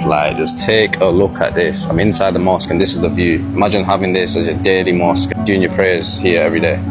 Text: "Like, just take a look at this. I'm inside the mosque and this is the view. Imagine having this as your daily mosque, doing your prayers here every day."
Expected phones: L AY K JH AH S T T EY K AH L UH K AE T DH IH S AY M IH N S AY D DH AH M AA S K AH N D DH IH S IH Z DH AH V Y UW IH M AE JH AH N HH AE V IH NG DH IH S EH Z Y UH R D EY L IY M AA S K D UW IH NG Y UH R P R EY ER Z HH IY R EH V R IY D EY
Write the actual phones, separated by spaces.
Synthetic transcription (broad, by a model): L AY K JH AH S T T EY K AH L UH K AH T DH IH S AY M IH N S AY D DH AH M AA S K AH N DH IH S IH Z DH AH V Y UW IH M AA JH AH N HH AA V IH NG DH IH S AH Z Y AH D EY L IY M AA S K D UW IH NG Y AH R P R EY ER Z HH IY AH EH V R IY D EY